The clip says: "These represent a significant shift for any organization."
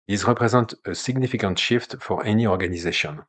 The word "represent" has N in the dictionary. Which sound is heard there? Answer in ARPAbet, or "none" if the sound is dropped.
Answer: none